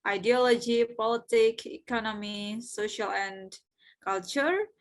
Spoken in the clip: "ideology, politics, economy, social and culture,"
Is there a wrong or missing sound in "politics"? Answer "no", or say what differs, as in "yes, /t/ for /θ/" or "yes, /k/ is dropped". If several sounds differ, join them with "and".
yes, /s/ is dropped